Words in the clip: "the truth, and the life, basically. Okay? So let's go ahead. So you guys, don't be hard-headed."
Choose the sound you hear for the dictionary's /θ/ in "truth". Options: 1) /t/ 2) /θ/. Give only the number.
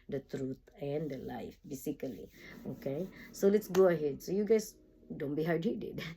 1